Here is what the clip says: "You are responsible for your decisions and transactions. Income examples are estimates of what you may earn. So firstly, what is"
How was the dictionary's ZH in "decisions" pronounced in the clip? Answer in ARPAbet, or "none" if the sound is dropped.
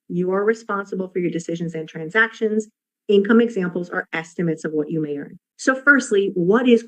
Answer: ZH